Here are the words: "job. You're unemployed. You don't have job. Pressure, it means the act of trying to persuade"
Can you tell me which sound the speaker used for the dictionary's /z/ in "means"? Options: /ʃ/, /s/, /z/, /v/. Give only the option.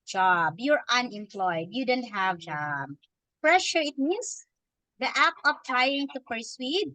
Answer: /s/